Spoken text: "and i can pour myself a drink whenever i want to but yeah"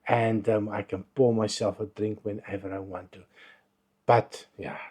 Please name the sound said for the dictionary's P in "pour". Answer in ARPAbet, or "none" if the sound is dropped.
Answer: B